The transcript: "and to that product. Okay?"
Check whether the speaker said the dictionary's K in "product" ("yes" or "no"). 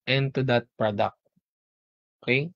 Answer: yes